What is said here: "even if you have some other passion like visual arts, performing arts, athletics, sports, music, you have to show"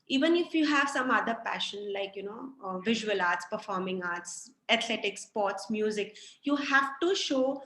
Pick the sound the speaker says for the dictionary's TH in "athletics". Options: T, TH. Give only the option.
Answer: T